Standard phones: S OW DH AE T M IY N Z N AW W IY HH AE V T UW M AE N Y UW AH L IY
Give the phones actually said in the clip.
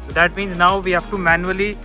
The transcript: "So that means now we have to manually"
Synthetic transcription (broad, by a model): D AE T M IY N Z N AW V IY HH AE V T UW M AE N Y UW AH L IY